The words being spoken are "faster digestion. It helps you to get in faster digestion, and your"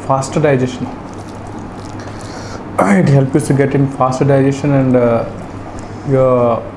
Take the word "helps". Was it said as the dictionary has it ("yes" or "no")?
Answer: no